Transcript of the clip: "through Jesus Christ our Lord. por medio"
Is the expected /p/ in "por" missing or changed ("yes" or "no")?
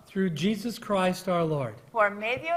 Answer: yes